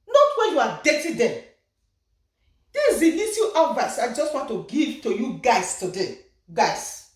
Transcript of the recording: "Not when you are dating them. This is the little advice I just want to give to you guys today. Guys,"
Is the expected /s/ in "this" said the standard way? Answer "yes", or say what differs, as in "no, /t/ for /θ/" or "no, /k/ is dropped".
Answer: no, /s/ is dropped